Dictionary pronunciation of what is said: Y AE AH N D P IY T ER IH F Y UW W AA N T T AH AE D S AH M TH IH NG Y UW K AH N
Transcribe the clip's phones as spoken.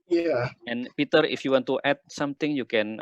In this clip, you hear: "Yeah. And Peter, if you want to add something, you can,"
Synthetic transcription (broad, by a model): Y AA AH N P IY T ER IH F Y UW W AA N T T AH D S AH M T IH NG Y UW K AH N